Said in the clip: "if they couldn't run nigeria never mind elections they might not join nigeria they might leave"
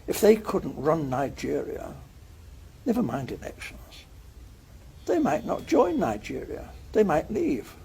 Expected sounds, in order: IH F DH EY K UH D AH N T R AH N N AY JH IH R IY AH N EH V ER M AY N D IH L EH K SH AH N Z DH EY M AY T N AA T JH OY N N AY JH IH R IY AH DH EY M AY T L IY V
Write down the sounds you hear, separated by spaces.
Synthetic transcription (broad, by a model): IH F DH EY K UH D N T R AH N N AY JH IH R IY AH N EH V ER M AY N D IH N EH K SH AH N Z DH EY M AY T N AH T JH OY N N AY JH IH R IY AH DH EY M AY T L IY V